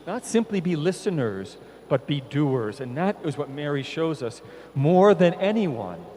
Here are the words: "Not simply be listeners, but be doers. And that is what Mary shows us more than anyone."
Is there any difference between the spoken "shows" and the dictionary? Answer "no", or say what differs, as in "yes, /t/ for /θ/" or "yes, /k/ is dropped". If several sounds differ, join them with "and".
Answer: no